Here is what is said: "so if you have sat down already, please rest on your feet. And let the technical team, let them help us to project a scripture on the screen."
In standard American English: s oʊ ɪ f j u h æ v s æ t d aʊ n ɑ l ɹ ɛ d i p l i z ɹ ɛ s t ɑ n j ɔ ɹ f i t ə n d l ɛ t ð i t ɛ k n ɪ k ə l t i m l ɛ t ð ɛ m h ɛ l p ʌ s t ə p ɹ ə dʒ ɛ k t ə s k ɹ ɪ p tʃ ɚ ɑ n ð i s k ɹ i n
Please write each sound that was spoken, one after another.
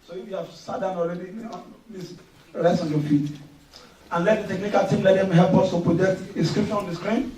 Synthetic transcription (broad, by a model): s oʊ ɪ f j u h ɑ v s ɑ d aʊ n ɑ l ɹ ɛ d i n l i s ɹ ɛ s t ɑ n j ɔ f i t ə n l ɛ t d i t ɛ k n ɪ k ə l t i m l ɛ t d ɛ m h ɛ l p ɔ s t ə p ɹ ə dʒ ɛ k t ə s k ɹ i p ʃ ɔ ɑ n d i s k ɹ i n